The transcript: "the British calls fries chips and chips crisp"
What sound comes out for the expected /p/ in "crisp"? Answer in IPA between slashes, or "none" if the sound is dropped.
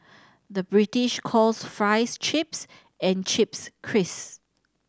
none